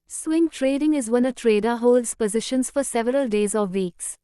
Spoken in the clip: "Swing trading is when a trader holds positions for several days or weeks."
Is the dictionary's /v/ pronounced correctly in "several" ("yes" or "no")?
yes